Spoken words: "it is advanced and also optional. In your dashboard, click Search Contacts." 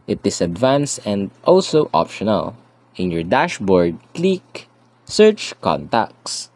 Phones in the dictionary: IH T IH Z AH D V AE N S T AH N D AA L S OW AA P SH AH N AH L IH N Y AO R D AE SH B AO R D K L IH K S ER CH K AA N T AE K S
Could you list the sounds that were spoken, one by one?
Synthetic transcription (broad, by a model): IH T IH S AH D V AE N S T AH N D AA L S OW AA P SH AH N AH L IH N Y AO R D AE SH B AO R D K L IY K S ER CH K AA N T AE K S